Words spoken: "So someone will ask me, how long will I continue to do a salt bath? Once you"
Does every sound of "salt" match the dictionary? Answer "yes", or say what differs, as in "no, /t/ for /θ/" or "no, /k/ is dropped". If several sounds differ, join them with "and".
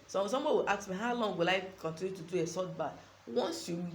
no, /l/ is dropped